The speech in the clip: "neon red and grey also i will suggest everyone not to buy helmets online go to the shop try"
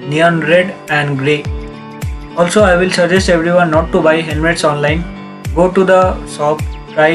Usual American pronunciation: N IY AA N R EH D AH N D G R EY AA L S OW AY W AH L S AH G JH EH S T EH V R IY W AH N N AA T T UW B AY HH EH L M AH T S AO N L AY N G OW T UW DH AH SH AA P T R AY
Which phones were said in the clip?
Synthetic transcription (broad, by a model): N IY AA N R EH D AH N D G R EY AA L S OW AY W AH L S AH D JH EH S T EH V R IY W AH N N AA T T UW B AY HH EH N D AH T S AO N L AY N G OW T UW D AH S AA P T R AY